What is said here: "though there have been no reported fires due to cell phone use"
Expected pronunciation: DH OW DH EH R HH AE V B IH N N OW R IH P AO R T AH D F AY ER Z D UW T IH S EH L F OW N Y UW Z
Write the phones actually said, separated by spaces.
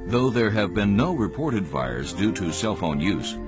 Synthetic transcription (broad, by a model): DH OW DH EH R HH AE V B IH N N OW R IH P AO R T AH D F AY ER Z D UW T IH S EH L F OW N Y UW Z